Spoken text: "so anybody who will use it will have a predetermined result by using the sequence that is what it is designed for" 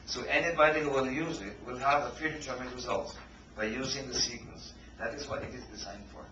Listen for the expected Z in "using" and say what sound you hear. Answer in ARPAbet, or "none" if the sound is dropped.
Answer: Z